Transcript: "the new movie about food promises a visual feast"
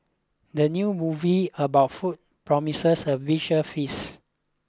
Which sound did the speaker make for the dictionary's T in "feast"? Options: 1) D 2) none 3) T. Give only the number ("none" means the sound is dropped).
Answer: 2